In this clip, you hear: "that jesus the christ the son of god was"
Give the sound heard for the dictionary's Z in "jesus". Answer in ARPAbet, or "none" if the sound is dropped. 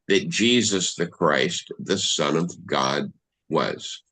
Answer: Z